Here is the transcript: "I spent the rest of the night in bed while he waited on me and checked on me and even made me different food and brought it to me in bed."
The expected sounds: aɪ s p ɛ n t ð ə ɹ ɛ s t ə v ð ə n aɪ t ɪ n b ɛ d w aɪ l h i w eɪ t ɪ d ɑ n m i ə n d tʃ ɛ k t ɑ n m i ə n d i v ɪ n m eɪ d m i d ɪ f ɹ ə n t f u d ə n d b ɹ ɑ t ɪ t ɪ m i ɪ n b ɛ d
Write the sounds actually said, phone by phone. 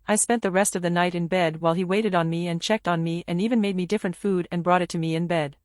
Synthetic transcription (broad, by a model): aɪ s p ɛ n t ð ə ɹ ɛ s t ə v ð ə n aɪ t ɪ n b ɛ d w aɪ l i w eɪ t ɪ d n m i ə n tʃ ɛ k t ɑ n m i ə n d i v ɪ n m eɪ d m i d ɪ f ɹ ə n t f u d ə n b ɹ ɑ t ɪ t ɪ m i ɪ n b ɛ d